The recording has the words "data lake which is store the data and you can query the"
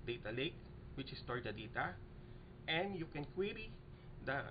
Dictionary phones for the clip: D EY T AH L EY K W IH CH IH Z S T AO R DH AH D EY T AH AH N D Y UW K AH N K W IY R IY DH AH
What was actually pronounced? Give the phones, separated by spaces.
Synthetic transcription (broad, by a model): D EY T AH L EY K W IH CH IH S T AO R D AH D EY T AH AH N D Y UW K AH N K W IY R IY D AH